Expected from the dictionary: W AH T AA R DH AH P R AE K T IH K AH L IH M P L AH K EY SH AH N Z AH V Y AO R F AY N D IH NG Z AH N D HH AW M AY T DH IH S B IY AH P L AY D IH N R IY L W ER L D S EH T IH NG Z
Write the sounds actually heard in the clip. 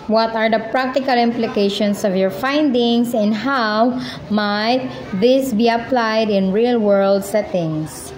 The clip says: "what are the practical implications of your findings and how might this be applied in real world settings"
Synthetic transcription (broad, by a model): W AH T AA R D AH P R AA K T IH K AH L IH M P L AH K EY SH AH N S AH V Y AO R F AY N D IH NG S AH N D HH AW M AY T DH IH S B IY AH P L AY D IH N R IY L W ER L D S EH T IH NG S